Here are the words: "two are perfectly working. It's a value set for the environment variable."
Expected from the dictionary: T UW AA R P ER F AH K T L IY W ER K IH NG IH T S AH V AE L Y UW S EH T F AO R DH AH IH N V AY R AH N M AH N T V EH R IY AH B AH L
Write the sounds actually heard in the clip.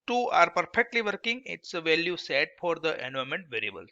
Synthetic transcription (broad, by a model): T UW AA R P ER F AH K T L IY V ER K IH NG IH T S AH V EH L Y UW S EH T F AO R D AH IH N UW AH M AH N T V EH R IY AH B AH L